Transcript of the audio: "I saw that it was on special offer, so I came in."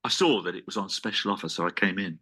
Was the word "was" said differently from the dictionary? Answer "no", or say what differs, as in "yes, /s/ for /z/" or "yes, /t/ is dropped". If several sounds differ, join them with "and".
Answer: no